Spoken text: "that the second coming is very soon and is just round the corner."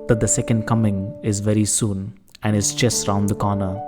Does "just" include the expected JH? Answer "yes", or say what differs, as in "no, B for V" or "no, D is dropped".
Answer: no, CH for JH